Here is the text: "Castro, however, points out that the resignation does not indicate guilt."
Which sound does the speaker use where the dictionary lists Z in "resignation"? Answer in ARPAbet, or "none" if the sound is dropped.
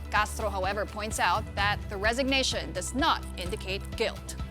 Z